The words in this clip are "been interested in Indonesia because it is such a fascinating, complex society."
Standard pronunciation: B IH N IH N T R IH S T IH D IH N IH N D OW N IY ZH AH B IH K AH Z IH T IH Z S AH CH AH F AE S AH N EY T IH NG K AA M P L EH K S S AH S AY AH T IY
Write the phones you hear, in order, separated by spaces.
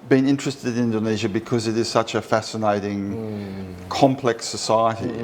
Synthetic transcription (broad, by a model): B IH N IH N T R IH S T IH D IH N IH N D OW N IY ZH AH B IH K AH Z IH T IH Z S AH CH AH F AE S AH N EY T IH NG K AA M P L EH K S S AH S AY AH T IY